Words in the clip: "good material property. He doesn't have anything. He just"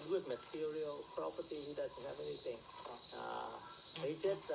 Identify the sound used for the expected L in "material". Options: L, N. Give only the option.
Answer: L